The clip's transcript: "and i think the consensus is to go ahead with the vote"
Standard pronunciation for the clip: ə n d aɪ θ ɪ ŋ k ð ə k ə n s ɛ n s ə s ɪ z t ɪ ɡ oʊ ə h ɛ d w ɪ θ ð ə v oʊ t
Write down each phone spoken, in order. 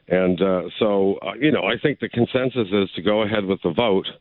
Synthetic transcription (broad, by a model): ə n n aɪ θ ɪ ŋ k ð ə k ə n s ɛ n s ə s ɪ z t ɪ ɡ oʊ ə h ɛ d w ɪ ð ə v oʊ t